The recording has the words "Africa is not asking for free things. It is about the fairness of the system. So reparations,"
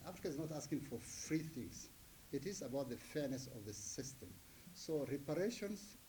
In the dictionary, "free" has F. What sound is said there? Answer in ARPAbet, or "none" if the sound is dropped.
F